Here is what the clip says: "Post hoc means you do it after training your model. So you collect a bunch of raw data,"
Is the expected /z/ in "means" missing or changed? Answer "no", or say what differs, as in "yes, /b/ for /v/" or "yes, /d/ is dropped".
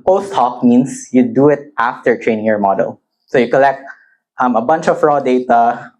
yes, /s/ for /z/